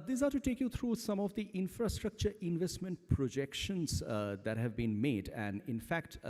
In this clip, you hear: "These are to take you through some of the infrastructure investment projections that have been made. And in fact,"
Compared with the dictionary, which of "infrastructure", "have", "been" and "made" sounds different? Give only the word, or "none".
none